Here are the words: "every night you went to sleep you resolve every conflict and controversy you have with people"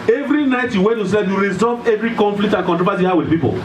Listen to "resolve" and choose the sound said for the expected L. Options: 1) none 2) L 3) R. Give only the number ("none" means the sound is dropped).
1